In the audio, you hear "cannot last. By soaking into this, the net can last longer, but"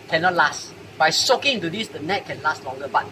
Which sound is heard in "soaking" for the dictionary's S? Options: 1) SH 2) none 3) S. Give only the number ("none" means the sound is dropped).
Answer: 3